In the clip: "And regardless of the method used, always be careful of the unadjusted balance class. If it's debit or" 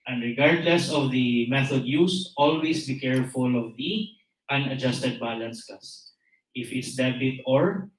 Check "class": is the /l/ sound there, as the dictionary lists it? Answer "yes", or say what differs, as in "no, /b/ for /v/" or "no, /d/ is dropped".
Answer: no, /l/ is dropped